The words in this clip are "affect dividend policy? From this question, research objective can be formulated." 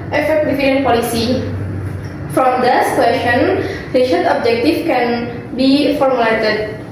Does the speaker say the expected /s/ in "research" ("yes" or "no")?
no